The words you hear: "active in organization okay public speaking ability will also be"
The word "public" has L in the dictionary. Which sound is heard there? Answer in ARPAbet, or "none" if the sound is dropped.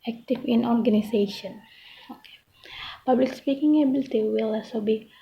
L